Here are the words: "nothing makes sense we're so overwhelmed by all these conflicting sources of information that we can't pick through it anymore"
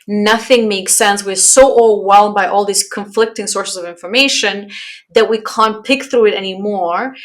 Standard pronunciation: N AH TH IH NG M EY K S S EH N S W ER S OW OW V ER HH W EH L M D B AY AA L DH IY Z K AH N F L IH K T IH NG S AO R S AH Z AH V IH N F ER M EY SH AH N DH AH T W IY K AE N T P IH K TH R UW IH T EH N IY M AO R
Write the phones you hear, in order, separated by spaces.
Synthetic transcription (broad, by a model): N AH TH IH NG M EY K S S EH N S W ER S OW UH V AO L W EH L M B AY AA L DH IY Z K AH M F L IH K T IH NG S AO R S AH Z AH V IH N F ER M EY SH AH N DH AH T W IY K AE N P IH K TH R UW IH T EH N IY M AO R